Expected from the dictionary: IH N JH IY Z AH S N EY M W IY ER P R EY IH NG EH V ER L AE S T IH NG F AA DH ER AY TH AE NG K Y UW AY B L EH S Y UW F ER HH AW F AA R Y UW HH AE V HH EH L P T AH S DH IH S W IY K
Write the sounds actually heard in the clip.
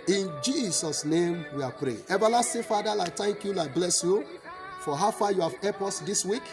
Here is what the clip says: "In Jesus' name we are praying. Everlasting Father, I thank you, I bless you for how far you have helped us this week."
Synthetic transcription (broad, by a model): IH N JH IY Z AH S N EY M W IY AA P R EY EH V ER L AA S T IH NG F AA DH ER AY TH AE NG K Y UW AY B L EH S Y UW F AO HH AW F AA Y UW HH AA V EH P AO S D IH S W IY K